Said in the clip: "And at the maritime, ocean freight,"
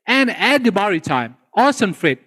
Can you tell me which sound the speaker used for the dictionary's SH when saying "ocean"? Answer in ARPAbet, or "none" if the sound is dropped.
S